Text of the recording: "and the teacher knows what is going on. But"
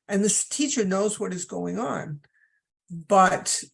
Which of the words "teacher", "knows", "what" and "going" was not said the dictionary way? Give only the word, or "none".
none